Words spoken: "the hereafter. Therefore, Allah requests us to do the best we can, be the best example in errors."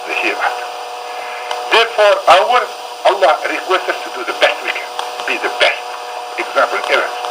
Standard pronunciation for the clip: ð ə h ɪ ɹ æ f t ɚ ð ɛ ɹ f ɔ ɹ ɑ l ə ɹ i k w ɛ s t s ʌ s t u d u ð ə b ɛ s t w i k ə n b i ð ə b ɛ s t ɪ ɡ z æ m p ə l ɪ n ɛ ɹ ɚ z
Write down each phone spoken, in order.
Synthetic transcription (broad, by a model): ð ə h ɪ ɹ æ t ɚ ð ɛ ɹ f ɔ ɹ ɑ l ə ɹ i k w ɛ s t ʌ s t u d u ð ə b ɛ s t w i k ə n b i ð ə b ɛ s t ɪ ɡ z æ m p ə l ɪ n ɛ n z